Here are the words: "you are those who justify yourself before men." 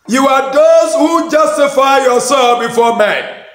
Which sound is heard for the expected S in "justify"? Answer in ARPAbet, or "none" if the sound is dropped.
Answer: S